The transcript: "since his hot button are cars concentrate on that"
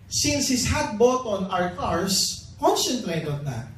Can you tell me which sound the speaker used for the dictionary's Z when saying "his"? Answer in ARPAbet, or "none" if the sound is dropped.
S